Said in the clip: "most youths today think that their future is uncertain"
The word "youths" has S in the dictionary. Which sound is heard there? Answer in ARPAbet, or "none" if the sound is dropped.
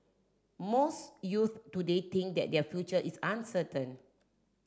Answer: none